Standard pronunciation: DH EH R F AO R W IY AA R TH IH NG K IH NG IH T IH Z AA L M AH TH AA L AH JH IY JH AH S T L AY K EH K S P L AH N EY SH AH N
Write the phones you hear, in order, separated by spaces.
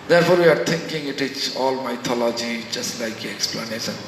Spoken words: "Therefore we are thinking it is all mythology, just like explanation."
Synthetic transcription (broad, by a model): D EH R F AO R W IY AA R T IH NG K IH NG IH T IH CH AA L M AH T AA L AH JH IY JH AH S T L AY K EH K S P L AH N EY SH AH N